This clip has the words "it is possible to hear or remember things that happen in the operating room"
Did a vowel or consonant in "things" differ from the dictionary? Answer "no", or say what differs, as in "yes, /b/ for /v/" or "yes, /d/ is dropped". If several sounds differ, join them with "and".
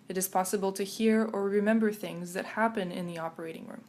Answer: no